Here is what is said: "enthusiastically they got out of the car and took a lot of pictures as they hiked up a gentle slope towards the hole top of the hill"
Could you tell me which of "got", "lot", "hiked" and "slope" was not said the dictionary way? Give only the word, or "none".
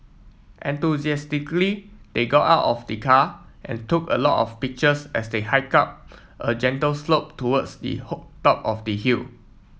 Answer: hiked